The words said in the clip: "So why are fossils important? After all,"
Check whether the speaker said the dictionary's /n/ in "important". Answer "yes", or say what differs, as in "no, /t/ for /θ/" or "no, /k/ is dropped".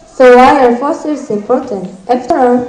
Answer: yes